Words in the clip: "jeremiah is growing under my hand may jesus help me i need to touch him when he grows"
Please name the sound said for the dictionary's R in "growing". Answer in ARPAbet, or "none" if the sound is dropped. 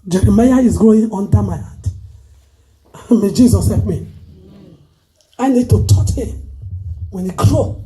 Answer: none